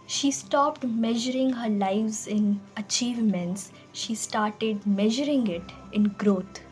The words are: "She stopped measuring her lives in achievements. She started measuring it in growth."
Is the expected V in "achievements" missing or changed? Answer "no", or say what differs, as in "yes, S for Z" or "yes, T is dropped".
no